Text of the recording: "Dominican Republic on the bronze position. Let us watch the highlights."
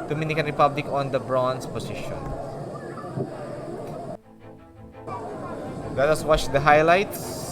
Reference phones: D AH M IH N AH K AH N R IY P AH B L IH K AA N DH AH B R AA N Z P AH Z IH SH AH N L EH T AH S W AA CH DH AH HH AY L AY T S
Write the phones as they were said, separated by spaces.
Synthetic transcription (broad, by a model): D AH M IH N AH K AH N R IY P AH B L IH K AA N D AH B R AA N S P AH S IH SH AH N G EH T AH S W AA CH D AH HH AY L AY T S